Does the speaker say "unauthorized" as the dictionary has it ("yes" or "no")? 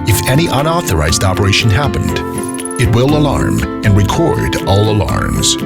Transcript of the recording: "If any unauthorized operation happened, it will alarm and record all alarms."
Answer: yes